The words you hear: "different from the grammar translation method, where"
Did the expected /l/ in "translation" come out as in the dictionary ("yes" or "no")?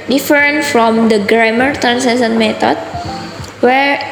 no